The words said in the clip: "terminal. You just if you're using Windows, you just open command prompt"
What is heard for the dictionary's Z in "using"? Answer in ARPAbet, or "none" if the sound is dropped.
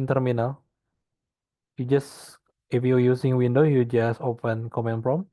S